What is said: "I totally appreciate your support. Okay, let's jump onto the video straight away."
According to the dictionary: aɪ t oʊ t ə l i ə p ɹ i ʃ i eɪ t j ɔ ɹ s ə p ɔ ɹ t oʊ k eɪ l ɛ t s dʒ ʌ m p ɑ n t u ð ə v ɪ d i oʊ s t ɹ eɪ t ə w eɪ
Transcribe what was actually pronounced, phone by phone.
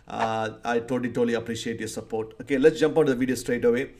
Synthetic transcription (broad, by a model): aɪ t oʊ t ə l i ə p ɹ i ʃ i eɪ t j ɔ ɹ s ə p ɔ ɹ t oʊ k eɪ l ɛ t s dʒ ʌ m p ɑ t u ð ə v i d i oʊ s t ɹ eɪ t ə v eɪ